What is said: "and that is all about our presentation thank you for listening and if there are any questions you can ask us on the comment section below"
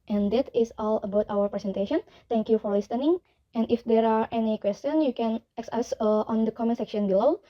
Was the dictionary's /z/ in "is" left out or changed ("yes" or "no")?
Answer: yes